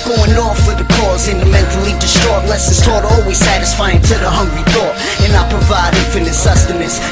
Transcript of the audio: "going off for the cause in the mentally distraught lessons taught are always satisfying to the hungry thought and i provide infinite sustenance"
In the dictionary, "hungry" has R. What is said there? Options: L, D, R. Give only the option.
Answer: R